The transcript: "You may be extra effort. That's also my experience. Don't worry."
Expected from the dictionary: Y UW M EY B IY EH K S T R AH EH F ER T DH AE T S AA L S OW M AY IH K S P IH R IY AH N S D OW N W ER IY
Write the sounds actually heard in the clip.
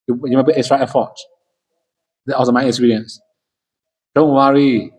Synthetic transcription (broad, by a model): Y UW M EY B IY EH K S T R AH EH F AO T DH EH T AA S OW M AY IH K S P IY R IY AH N S D OW N W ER IY